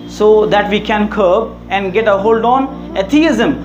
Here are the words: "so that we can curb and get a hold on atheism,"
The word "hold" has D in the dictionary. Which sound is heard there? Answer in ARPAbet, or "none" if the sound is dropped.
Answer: D